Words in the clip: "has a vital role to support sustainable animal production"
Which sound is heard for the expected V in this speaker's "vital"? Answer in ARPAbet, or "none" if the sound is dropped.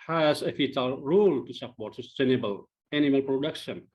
F